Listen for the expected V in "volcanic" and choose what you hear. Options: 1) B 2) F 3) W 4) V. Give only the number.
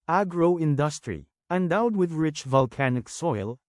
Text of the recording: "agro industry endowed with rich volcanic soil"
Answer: 4